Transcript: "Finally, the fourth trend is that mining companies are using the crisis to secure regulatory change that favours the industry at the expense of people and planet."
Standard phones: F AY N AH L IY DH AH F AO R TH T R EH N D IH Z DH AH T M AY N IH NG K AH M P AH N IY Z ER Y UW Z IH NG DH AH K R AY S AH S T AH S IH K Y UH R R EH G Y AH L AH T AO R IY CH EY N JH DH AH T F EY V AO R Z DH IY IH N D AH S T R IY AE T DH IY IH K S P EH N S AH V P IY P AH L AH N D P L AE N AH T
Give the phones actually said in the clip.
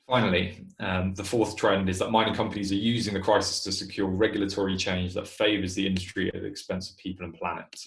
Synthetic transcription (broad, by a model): F AY N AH L IY DH AH F AO TH T R EH N D IH Z DH AH T M AY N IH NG K AH M P AH N IY Z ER Y UW Z IH NG DH AH K R AY S AH S T AH S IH K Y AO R R EH G Y L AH T AO R IY CH EY N JH DH AH T F EY V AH Z DH IY IH N D AH S T R IY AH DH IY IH K S P EH N S AH V P IY P AH L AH N P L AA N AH T